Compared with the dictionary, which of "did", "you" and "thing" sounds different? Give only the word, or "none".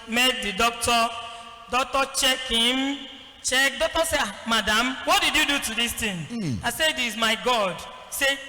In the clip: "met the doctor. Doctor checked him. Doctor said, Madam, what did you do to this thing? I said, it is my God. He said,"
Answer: thing